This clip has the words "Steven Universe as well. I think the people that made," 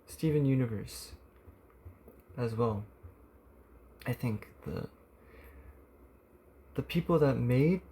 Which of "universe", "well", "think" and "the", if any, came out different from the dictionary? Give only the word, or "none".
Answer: none